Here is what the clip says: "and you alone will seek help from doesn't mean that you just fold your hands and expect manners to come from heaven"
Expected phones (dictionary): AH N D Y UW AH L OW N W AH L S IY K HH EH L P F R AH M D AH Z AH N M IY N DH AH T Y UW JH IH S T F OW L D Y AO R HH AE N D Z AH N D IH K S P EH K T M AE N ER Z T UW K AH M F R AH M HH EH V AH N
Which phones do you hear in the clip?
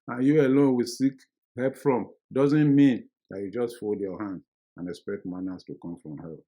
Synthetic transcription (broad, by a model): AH N Y UW AH L OW N W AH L S IY K HH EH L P F R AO M D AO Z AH N M IY N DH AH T Y UW JH IH S T F OW L D Y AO HH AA N D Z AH N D IH K S P EH K T M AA N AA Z T UW K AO M F R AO M HH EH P